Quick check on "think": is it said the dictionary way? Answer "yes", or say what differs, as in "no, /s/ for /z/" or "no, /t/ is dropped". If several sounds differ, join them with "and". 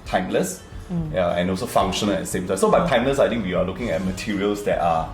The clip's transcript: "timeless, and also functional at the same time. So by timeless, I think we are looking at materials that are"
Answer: no, /t/ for /θ/